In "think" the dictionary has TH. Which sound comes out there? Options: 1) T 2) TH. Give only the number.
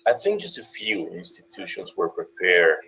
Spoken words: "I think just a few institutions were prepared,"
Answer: 2